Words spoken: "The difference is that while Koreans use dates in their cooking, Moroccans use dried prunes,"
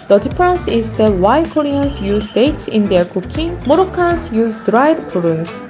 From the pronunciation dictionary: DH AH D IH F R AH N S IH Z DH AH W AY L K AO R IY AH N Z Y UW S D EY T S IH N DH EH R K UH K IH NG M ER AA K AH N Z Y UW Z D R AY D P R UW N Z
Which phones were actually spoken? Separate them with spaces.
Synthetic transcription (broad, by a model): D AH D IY P R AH N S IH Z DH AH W AY K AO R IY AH N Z Y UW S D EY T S IH N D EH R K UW K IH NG M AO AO K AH N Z Y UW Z D R AY D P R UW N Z